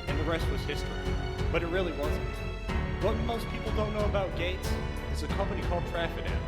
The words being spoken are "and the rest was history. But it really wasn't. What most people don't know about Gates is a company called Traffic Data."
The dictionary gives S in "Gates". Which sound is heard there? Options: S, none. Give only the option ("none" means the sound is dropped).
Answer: S